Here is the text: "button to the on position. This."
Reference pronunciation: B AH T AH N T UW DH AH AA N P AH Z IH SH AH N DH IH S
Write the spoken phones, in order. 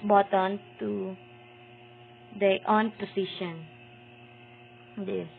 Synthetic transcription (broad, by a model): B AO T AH N T UW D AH AA N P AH S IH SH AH N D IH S